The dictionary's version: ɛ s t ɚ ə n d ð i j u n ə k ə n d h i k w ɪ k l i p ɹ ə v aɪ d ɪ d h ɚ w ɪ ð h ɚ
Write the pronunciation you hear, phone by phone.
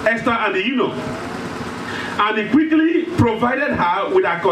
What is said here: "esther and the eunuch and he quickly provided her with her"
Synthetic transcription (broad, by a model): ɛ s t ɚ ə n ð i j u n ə ə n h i k w ɪ k l i p ɹ ə v aɪ d ɪ d h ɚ w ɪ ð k